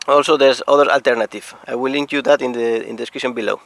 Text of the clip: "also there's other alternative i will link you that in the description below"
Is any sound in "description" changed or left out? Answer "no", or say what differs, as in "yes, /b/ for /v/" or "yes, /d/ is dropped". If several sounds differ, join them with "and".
yes, /p/ is dropped